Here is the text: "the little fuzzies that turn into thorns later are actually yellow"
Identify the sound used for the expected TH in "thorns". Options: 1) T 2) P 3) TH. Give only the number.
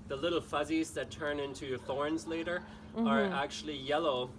3